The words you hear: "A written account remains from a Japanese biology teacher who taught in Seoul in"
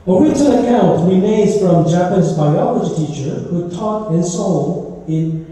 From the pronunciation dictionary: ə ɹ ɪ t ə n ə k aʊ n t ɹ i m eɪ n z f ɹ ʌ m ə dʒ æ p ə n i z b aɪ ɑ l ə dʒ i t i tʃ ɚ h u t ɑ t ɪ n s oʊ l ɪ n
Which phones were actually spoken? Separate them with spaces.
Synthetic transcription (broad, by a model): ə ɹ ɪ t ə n ə k aʊ n t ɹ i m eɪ z f ɹ ʌ m dʒ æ p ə n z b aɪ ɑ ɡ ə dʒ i t i tʃ ɚ h u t ɑ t ɪ n s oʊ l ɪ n